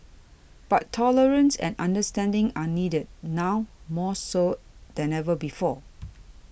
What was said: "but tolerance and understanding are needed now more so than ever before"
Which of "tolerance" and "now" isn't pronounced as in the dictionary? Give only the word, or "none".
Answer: none